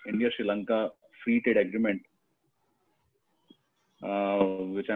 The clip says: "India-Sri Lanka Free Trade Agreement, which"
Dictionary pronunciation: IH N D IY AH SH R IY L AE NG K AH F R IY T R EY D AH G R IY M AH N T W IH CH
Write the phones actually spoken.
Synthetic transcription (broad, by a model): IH N D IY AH SH R IY L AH NG K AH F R IY T EY D AH G R IY M AH N T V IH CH